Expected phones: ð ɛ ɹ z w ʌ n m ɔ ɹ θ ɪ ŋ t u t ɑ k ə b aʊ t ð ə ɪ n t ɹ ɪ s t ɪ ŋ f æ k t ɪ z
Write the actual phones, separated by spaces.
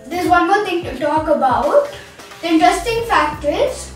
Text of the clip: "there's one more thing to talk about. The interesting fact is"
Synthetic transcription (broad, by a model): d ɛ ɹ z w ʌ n m ɔ ɹ t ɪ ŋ t u t ɑ k ə b aʊ t ɪ n t ɹ ɪ s t ɪ ŋ f æ k t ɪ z